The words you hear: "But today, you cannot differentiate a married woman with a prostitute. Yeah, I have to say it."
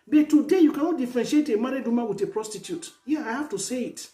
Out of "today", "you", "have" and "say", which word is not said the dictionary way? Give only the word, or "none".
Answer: have